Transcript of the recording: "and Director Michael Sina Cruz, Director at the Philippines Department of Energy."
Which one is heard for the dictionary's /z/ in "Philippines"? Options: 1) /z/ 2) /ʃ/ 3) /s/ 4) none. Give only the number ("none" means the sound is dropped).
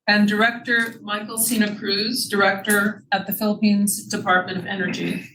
1